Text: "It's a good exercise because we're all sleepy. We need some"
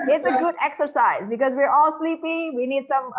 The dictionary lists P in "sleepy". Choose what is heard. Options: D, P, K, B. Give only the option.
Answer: P